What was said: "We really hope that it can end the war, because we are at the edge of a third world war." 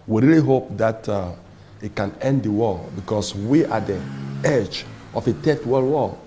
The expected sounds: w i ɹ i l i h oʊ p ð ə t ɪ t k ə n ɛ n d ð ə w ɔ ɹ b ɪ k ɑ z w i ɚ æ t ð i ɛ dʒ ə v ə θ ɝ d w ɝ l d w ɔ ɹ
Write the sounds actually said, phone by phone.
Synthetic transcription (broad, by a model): w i ɹ i l i h oʊ p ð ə t ɪ t k ə n ɛ n d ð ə w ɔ b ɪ k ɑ s w i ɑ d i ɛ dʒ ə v ə t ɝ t w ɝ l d w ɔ